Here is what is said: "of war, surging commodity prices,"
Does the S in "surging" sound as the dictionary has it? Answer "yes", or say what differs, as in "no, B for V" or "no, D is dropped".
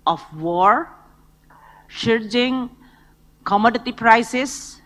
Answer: no, SH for S